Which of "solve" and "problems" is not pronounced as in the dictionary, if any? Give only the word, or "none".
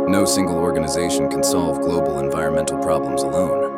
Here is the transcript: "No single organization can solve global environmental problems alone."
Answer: none